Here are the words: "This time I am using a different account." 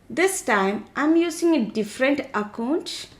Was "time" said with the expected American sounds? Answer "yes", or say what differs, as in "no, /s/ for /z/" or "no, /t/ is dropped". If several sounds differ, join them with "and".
yes